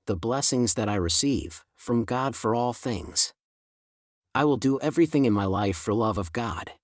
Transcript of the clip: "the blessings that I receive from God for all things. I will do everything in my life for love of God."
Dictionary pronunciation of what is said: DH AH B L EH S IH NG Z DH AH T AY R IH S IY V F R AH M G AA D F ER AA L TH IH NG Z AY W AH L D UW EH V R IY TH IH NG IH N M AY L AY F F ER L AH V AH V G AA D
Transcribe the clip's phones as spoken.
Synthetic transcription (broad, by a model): DH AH B L EH S IH NG Z DH AH T AY R IH S IY V F R AH M G AA D F ER AA L TH IH NG Z AY W AH L D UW EH V R IY TH IH NG IH N M AY L AY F F ER L AH V AH V G AA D